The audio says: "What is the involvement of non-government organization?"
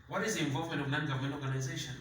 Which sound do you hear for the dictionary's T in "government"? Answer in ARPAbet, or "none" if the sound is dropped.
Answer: none